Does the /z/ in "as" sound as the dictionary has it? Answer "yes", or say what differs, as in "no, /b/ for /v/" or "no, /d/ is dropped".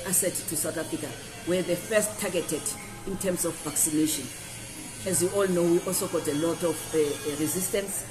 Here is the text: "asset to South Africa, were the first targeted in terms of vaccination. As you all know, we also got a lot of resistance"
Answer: yes